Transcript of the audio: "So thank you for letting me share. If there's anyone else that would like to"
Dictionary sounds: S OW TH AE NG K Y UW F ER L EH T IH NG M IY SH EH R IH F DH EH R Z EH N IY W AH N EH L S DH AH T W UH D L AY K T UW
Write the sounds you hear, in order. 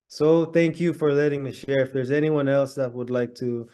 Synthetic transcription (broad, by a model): S OW TH AE NG K Y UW F ER L EH T IH NG M IY SH EH R IH F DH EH R Z EH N IY W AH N EH L S DH AH T W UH D L AY K T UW